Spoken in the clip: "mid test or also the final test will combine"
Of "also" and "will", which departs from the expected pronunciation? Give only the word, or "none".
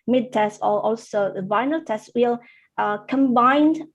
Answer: none